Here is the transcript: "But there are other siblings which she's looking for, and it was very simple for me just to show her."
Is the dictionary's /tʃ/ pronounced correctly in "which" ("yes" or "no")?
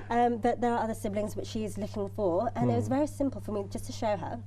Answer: yes